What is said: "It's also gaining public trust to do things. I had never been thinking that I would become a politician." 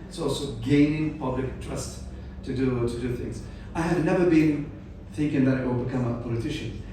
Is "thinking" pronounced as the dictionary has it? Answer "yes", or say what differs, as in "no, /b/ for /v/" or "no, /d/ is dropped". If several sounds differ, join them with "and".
yes